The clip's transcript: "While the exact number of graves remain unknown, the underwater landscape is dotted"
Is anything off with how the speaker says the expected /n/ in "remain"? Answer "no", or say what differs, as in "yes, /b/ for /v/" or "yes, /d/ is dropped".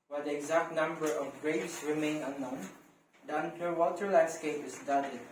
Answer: no